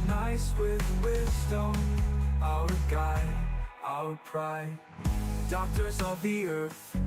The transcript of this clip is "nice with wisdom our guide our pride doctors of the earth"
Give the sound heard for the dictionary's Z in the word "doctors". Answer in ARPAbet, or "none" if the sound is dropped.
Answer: Z